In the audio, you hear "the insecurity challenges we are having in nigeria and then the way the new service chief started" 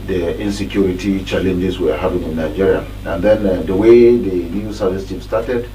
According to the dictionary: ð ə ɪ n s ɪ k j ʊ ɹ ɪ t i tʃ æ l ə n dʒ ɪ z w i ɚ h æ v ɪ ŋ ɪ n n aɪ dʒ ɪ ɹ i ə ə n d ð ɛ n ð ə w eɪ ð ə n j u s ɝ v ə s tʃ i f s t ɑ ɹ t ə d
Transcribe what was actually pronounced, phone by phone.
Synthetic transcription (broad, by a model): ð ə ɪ n s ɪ k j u ɹ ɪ t i tʃ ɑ l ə n dʒ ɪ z w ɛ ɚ h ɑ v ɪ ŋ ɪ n n aɪ dʒ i ɹ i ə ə n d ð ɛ n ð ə w eɪ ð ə n j u s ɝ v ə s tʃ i p s t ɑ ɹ t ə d